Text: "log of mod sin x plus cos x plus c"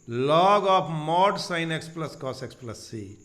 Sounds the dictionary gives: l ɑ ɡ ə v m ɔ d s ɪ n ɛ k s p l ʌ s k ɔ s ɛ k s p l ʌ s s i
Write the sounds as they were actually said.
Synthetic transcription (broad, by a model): l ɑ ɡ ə p m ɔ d s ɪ n ɛ k s p l ʌ s k ɔ s ɛ k s p l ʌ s s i